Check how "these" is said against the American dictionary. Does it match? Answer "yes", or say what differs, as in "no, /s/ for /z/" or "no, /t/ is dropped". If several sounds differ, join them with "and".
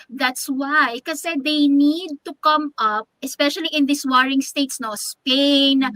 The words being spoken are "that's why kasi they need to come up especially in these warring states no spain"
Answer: no, /s/ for /z/